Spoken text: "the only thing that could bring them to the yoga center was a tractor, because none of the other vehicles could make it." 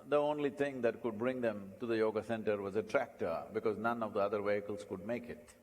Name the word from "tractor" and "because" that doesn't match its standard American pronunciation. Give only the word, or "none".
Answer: none